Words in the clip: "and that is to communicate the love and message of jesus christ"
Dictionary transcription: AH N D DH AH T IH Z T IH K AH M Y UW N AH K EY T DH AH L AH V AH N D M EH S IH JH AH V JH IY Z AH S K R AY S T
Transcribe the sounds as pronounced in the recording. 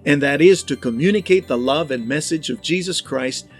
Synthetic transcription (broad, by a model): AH N DH AH T IH Z T IH K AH M Y UW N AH K EY T DH AH L AH V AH N M EH S IH JH AH V JH IY Z AH S K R AY S T